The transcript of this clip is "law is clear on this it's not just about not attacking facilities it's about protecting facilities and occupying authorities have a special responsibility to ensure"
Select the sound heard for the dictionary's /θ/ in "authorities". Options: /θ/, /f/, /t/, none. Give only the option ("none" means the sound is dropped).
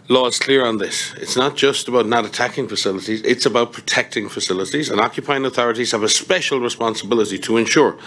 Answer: /θ/